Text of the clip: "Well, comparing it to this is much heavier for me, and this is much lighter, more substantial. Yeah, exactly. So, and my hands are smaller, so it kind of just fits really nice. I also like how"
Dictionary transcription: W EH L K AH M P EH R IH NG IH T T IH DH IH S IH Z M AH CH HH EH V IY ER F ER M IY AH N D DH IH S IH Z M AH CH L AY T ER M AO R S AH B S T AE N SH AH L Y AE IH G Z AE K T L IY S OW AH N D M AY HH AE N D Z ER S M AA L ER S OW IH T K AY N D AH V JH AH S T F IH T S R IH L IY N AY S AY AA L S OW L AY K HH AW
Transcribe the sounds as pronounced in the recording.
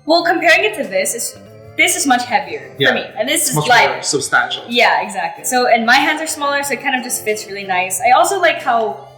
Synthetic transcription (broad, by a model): W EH L K AH M P EH R IH NG IH T S IH DH IH S IH Z M AH CH HH EH V IY ER F ER M IY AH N DH IH S IH Z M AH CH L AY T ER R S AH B S T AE N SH L Y AE IH G Z AE K T L IY S OW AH N M AY HH AE N D Z ER S M AA L ER S OW IH T K AY N D AH V JH AH S T F IH T S R IH L IY N AY S AY AA L S OW L AY K HH AW